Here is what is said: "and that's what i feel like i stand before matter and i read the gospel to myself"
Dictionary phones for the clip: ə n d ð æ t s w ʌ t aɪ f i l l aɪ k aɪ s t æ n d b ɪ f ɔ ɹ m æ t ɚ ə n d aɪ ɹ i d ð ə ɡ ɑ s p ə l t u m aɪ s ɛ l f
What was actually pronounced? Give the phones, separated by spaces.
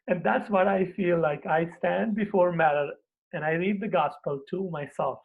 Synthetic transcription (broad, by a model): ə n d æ t s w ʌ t aɪ f i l l aɪ k aɪ s t æ n d b ɪ f ɔ ɹ m æ t ɚ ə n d aɪ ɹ i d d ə ɡ ɑ s p ə l t u m aɪ s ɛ l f